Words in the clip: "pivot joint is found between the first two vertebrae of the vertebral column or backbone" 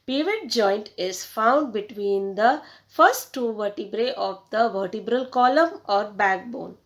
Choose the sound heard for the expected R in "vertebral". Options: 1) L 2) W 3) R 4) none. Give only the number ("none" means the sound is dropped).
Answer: 3